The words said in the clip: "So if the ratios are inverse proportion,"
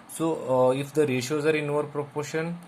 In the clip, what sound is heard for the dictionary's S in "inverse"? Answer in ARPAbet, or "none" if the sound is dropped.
none